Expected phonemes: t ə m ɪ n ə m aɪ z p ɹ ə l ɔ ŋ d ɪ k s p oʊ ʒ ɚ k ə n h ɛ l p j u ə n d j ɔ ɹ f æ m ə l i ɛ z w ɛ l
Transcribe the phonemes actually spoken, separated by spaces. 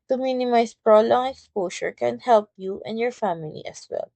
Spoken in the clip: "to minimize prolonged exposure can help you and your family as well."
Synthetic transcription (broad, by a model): t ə m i n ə m aɪ s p ɹ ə l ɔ ŋ ɪ k s p oʊ ʃ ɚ k ə n h ɛ l p j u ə n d j ɔ ɹ f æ m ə l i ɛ s w ɛ l